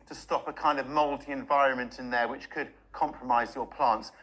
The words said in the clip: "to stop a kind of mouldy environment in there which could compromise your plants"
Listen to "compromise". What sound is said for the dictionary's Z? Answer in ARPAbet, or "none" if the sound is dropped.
Z